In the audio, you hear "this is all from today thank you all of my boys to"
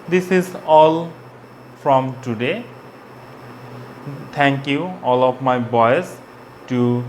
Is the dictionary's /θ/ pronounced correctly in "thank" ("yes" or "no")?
no